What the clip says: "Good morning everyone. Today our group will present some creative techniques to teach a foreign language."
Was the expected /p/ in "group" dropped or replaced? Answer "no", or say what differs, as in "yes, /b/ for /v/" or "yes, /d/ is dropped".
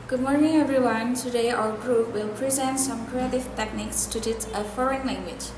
yes, /f/ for /p/